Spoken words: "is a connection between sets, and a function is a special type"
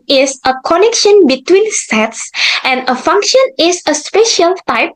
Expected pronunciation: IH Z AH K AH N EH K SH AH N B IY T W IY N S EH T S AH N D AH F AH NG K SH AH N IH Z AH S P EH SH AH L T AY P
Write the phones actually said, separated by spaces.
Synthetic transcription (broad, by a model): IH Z AH K AH N EH K SH AH N B IY T W IY N S EH T S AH N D AH F AH NG K SH AH N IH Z AH S P EH SH AH L T AY P